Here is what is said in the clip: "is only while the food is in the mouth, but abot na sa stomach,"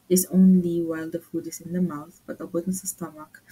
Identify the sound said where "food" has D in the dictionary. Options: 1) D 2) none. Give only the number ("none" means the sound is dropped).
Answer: 1